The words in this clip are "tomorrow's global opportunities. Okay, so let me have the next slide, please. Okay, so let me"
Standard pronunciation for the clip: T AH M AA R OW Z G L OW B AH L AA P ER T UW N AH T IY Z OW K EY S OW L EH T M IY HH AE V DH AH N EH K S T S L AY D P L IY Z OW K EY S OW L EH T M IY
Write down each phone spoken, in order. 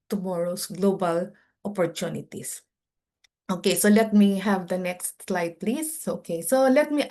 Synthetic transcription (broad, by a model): T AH M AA R OW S G L OW B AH L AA P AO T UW N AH T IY S OW K EY S OW L EH T M IY HH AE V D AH N EH K S T S L AY D P L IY S OW K EY S OW L EH T M IY